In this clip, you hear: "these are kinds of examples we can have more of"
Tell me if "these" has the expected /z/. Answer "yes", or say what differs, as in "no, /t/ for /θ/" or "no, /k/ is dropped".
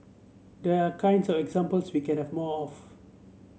no, /z/ is dropped